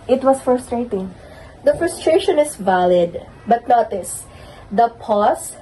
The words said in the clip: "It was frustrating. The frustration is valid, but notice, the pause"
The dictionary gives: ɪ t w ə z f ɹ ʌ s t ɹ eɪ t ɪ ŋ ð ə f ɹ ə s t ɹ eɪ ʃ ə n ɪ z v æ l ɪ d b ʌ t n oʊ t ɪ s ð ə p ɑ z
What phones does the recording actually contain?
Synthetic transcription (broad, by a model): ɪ t w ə s f ɹ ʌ s t ɹ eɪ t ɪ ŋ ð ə f ɹ ə s t ɹ eɪ ʃ ə n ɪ s v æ l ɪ d b ʌ t n oʊ t ɪ s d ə p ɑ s